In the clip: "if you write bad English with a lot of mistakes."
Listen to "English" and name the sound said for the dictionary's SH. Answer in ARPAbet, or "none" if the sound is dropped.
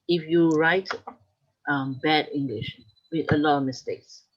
SH